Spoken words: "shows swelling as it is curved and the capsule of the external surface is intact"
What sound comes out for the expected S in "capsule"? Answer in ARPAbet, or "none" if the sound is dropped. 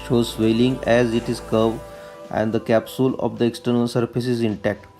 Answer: S